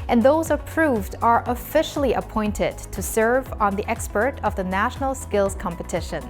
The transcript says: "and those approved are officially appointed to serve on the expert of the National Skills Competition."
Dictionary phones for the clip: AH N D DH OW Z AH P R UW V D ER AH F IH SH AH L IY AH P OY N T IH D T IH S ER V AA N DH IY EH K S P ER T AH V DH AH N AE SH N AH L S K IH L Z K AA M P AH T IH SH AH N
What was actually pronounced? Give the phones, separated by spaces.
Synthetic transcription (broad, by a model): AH N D DH OW Z AH P R UW V D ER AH F IH SH L IY AH P OY N T IH D T IH S ER V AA N DH IY EH K S P ER T AH V DH AH N AE SH N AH L S K IH L Z K AA M P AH T IH SH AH N